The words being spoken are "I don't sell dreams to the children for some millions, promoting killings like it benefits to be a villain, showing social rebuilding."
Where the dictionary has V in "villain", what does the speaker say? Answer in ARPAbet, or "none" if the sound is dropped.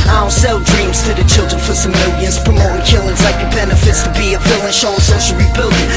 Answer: F